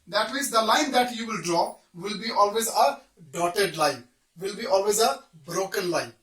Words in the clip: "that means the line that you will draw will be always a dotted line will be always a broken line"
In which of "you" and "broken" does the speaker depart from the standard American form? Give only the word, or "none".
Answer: none